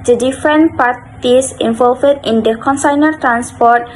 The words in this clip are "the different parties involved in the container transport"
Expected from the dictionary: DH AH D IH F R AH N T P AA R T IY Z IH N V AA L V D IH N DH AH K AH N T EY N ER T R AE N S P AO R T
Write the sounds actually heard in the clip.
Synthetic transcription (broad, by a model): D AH D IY F R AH N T P AA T IY S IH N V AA L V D IH N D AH K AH N S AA N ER T R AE N S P AO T